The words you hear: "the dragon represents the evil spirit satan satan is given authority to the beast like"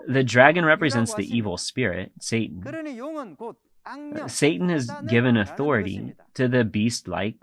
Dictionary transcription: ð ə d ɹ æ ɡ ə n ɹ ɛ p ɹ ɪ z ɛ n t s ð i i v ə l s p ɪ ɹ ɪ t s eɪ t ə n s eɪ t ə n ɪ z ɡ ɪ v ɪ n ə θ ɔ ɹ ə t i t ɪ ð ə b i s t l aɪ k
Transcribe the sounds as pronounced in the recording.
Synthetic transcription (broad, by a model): ð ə d ɹ æ ɡ ə n ɹ ɛ p ɹ ɪ z ɛ n t s ð i i v l s p ɪ ɹ ɪ t s eɪ t n s eɪ t n ɪ z ɡ ɪ v ɪ n ə θ ɔ ɹ ə t i t ɪ ð ə b i s t l aɪ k